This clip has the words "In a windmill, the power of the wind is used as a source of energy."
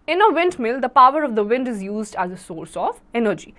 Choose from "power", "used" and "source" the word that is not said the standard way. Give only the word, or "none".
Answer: none